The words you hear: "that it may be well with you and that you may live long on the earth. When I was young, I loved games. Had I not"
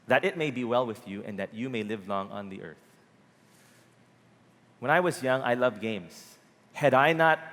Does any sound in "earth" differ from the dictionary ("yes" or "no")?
no